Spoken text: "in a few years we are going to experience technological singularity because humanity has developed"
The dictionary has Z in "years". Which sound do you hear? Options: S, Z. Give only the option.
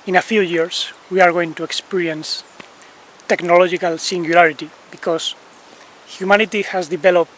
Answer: S